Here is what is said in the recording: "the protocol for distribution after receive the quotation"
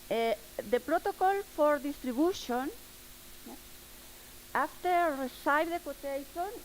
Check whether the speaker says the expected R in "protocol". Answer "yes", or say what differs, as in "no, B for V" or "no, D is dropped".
yes